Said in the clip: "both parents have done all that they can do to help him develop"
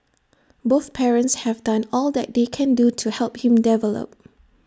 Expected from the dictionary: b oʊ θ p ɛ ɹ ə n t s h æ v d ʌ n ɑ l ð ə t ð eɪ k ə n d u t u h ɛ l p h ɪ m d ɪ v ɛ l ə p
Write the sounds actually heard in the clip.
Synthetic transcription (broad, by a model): b oʊ θ p ɛ ɹ ə n t s h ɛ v d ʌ n ɑ l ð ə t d eɪ k ə n d u t u h ɛ l p h ɪ m d ɪ v ɛ l ə p